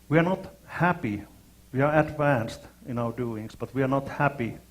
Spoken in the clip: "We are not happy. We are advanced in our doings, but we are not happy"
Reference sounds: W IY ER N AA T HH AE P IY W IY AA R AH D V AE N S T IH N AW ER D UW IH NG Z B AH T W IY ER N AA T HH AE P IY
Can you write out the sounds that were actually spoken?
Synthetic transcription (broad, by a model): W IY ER N AA T HH AE P IY W IY AA R AH D V AE N S T IH N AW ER D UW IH NG S B AH T W IY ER N AA T HH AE P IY